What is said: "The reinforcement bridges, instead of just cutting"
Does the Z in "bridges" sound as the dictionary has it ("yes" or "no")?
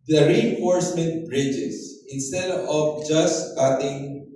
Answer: no